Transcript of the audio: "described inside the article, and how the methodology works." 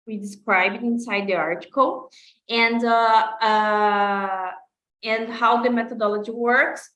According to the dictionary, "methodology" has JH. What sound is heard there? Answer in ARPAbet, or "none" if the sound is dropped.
JH